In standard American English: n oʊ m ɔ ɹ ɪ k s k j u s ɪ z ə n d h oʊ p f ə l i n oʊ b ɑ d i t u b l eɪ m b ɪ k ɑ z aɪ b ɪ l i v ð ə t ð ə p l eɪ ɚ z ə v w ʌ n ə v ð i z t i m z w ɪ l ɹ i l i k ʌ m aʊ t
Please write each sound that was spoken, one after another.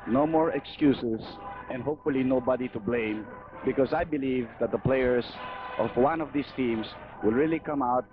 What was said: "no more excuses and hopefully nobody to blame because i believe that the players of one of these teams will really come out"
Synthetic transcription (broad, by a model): n oʊ m ɔ ɹ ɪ k s k j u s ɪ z ə n d h oʊ p f ə l i n oʊ b ɑ d i t u b l eɪ m b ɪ k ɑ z aɪ b ɪ l i v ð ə t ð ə p l eɪ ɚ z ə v w ʌ n ə v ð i s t i m s w ɪ l ɹ i l i k ʌ m aʊ t